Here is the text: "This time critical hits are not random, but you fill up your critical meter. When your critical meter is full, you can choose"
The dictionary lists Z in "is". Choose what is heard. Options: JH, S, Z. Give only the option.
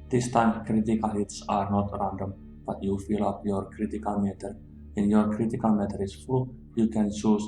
S